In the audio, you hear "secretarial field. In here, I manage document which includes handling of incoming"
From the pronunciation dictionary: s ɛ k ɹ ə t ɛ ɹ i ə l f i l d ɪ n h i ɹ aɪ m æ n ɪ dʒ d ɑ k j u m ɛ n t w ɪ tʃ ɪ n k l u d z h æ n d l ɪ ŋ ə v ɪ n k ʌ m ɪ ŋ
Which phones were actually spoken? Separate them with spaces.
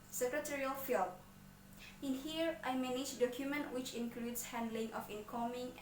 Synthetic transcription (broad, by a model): s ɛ k ɹ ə t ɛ ɹ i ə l f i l ɪ n h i ɹ aɪ m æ n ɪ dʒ d ɑ k j u m ɛ n t w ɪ tʃ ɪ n k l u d s h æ n d l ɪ ŋ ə f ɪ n k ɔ m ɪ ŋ